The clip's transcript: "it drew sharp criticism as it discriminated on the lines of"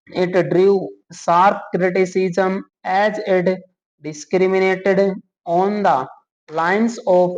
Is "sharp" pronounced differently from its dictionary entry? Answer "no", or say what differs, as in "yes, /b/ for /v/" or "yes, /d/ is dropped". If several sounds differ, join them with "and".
yes, /s/ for /ʃ/